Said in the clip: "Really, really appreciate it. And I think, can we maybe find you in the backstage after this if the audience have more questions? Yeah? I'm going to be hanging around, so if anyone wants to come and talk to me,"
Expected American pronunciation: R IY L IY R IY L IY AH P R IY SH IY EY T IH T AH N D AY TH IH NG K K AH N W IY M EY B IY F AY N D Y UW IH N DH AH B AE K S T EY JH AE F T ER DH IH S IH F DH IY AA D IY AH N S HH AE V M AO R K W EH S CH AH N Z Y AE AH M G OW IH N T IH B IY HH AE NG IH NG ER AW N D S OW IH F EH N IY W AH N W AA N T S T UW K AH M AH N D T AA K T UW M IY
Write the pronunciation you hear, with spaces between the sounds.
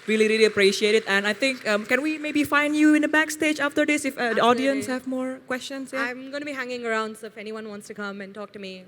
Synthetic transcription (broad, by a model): R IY L IY R IY L IY AH P R IY SH IY EY T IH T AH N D AY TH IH NG K K AH N W IY M EY B IY F AY N D Y UW IH N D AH B AE K S T EY JH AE F T ER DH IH S IH F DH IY AA D IY AH N S HH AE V M AO R K W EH S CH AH N S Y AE AH M G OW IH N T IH B IY HH AE NG IH NG ER AW N D S OW IH F EH N IY W AH N W AA N T S T UW K AH M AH N T AA K T UW M IY